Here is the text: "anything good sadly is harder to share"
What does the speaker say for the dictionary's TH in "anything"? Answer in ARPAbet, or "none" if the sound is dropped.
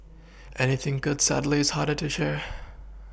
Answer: TH